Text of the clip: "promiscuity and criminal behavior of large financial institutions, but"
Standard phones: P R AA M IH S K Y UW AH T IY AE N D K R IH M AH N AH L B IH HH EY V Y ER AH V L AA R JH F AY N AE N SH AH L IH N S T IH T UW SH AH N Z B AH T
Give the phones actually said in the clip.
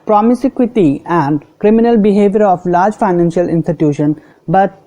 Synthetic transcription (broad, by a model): P R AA M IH S K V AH T IY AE N D K R IH M AH N AH L B IH HH EY V Y ER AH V L AA R JH F AY N AE N SH AH L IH N S T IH T UW SH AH N B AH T